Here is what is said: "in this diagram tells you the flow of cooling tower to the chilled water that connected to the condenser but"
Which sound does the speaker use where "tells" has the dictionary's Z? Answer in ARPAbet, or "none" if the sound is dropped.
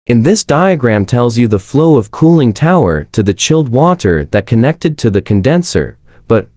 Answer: Z